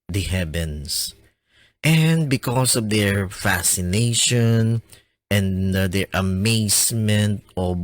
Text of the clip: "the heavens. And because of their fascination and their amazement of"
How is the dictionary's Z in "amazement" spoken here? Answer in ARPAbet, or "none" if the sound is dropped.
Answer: S